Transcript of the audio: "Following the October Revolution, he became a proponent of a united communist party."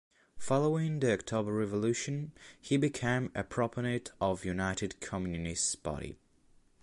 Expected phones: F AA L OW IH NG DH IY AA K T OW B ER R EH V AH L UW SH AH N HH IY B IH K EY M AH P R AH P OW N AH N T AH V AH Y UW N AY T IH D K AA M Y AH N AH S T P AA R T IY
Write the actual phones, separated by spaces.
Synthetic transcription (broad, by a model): F AA L OW IH NG DH IY AA K T OW B ER R EH V AH L UW SH AH N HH IY B IH K EY M AH P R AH P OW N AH T AH V Y UW N AY T IH D K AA M Y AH N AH S T B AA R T IY